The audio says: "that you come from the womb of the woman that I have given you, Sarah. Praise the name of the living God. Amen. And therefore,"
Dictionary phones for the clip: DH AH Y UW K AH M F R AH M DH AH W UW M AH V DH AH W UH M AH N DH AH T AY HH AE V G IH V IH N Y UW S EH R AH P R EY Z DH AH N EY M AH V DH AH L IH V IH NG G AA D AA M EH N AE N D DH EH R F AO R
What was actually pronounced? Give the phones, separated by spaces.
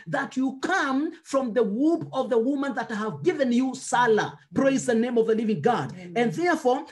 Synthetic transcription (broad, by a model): DH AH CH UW K AH M F R AH M DH AH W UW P AH V DH AH W UH M AH N DH AH T HH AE V G IH V IH N Y UW S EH L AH P R EY Z DH AH N EY M AH V DH AH L IH V IH NG G AA D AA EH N N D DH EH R F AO R